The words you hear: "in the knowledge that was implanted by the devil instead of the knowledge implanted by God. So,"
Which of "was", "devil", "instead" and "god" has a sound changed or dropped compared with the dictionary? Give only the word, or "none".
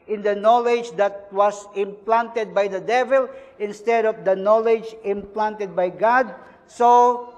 was